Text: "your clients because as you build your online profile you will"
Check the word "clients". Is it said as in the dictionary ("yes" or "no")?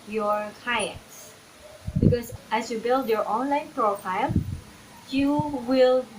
no